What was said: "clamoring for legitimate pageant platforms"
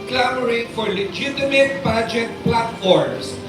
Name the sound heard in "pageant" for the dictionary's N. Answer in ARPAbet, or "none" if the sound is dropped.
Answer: none